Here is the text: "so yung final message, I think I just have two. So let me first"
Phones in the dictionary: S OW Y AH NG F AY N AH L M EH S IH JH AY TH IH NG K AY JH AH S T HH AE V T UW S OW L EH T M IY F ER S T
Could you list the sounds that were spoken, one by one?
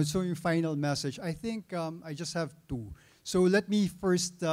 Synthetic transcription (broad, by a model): S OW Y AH F AY N AH L M EH S IH JH AY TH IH NG K AY JH AH S T HH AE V T UW S OW L EH T M IY F ER S T